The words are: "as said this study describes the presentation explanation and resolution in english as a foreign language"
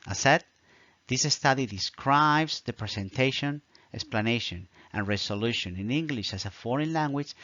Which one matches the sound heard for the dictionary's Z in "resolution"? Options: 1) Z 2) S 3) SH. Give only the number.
2